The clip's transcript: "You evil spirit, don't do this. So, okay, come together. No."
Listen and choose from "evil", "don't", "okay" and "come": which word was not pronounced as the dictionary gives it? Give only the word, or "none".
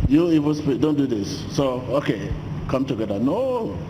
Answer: evil